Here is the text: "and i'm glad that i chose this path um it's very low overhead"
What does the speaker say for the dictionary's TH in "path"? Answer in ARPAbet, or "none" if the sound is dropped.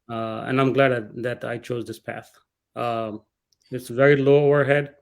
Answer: TH